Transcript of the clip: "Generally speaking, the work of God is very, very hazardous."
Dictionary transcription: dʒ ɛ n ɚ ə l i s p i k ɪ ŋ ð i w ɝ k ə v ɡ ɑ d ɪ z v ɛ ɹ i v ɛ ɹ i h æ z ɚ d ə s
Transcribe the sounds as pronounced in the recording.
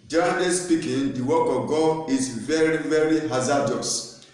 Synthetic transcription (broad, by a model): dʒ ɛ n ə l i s p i k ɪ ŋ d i w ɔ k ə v ɡ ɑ ɪ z v ɛ ɹ i v ɛ ɹ i h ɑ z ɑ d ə s